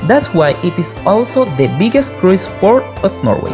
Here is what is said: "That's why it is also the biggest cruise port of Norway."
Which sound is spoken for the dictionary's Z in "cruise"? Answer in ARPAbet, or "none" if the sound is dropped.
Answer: S